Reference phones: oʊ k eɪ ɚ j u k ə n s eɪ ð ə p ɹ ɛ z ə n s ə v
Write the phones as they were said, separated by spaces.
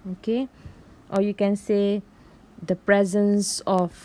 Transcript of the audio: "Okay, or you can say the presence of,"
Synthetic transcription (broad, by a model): oʊ k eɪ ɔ j u k ə n s eɪ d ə p ɹ ɛ z ə n s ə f